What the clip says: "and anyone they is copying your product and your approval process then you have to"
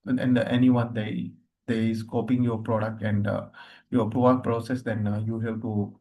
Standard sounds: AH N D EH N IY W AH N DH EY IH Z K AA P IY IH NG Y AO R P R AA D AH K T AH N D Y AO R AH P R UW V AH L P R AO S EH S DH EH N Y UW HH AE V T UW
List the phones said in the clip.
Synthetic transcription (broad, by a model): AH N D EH N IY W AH N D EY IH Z K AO P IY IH NG Y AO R P R AA D AH K T AH N D Y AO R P R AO AH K P R AO S EH S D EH N Y UW HH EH P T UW